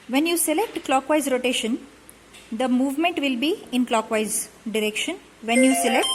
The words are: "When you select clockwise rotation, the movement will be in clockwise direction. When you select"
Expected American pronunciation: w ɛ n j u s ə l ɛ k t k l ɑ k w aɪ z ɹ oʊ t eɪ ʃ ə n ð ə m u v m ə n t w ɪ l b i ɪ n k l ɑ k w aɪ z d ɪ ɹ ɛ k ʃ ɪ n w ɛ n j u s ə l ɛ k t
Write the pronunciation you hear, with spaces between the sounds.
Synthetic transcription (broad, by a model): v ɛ n j u s ə l ɛ k t k l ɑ k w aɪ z ɹ oʊ t eɪ ʃ ə n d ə m u v m ə n t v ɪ l b i ɪ n k l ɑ k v aɪ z d ɪ ɹ ɛ k ʃ ɪ n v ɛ n j u s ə l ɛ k t